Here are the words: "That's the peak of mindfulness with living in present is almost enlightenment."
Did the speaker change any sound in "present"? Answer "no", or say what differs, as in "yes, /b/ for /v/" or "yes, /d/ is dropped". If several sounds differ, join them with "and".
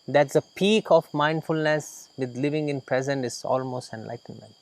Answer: no